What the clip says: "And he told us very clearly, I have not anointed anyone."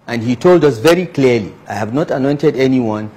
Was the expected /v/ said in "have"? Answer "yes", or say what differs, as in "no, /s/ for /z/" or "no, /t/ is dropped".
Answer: yes